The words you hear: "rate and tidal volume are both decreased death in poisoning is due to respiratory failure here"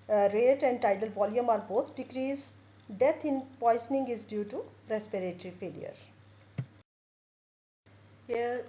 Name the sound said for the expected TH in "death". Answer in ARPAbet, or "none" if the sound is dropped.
T